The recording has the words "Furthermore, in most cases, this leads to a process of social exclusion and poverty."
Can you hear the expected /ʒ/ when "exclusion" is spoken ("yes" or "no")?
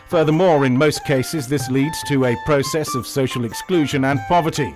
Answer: yes